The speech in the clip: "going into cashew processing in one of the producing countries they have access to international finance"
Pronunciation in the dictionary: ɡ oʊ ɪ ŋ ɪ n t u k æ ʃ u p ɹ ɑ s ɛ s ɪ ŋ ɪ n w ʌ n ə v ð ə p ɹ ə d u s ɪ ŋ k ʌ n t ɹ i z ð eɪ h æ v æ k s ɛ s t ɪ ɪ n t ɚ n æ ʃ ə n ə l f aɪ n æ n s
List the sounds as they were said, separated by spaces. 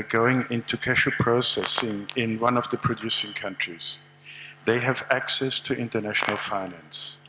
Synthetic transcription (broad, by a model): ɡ oʊ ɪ ŋ ɪ n t u k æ ʃ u p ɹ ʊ s ɛ s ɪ ŋ ɪ n w ʌ n ə v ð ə p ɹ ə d u s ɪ ŋ k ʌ n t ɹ i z ð eɪ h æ v æ k s ɛ s t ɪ ɪ n t ɚ n æ ʃ ə n ə l f aɪ n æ n s